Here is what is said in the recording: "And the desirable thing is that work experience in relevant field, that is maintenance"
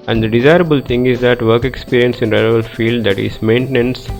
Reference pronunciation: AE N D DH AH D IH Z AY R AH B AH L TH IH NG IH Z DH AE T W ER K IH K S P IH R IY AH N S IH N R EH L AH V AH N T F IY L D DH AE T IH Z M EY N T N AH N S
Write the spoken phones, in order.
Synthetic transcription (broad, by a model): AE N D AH D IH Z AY R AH B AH L T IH NG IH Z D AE T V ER K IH K S P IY R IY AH N S IH N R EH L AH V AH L F IY L D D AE T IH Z M EY N T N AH N S